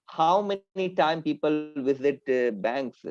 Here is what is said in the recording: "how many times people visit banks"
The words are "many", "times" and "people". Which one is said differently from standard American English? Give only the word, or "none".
times